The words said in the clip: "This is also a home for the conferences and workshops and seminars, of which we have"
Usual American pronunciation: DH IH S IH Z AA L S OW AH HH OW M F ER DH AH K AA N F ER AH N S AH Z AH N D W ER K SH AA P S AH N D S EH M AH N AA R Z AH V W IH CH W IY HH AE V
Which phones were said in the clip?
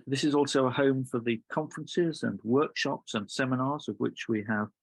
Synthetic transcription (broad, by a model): DH IH S IH Z AA L S OW AH HH OW M F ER DH AH K AA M F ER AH N S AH Z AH N W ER K SH AA P S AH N S EH M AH N AA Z AH V W IH CH W IY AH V